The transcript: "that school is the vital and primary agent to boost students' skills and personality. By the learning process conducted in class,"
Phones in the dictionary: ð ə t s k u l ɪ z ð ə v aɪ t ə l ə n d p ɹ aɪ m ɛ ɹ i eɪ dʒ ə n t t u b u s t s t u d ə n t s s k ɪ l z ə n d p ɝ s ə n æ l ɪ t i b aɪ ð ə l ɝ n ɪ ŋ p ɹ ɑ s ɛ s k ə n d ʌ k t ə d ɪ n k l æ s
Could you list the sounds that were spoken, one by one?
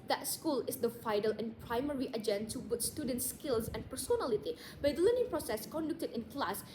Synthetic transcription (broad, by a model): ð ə t s k u l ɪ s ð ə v aɪ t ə l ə n p ɹ aɪ m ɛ ɹ i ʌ dʒ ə n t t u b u t s t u d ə n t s s k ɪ l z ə n p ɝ s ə n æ l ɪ t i b aɪ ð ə l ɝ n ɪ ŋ p ɹ ɑ s ɛ s k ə n d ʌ k t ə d ɪ n k l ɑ s